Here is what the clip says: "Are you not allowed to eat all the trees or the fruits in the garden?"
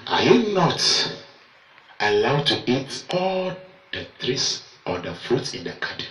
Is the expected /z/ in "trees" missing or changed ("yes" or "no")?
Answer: yes